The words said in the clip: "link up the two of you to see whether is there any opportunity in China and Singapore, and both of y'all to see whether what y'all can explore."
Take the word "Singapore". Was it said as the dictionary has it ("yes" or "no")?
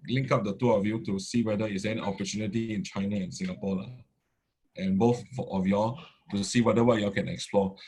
no